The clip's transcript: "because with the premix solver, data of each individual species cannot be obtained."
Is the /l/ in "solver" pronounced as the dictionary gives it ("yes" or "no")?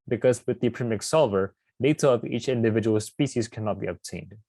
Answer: yes